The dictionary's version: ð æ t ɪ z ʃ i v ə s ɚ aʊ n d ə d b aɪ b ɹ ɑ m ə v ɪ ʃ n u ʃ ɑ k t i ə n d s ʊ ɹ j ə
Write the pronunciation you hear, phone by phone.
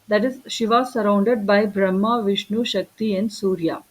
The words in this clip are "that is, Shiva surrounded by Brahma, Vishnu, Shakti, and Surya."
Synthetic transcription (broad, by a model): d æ t ɪ z ʃ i v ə s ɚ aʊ n d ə d b aɪ b ɹ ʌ m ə v ɪ ʃ n u ʃ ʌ k t i ə n d s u ɹ j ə